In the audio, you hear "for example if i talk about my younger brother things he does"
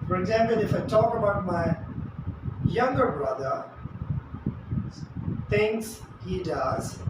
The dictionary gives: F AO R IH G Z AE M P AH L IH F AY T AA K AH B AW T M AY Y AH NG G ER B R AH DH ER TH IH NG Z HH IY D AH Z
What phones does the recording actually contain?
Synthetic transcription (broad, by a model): F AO R IH G Z AE M P AH L IH F AY T AA K AH B AW T M AY Y AH NG G ER B R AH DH ER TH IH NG S HH IY D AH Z